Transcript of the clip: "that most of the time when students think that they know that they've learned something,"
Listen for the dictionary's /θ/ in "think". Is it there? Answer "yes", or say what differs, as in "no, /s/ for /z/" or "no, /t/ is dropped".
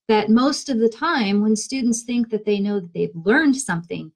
yes